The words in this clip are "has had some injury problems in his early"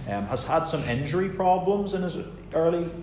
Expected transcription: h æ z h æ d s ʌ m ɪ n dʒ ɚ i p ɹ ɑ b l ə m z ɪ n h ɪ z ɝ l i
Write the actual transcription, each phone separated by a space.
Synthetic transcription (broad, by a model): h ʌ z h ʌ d s ʌ m ɪ n dʒ ɚ i p ɹ ɑ b l ə m z ɪ n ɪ z ɝ l i